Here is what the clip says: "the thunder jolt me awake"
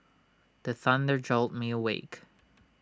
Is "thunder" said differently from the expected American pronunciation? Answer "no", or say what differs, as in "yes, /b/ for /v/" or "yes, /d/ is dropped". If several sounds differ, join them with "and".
no